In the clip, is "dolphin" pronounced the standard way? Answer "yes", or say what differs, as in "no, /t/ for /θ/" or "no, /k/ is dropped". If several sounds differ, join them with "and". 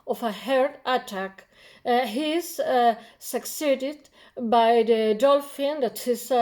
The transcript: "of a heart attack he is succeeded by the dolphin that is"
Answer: yes